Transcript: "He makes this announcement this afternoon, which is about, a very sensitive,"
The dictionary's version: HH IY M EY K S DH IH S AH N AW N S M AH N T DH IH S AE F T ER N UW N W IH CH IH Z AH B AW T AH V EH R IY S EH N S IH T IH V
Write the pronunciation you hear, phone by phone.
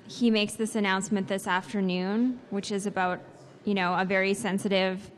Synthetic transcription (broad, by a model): HH IY M EY K S DH IH S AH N AW N S M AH N DH IH S AE F T ER N UW N W IH CH IH Z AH B AW T AH V EH R IY S EH N S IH T IH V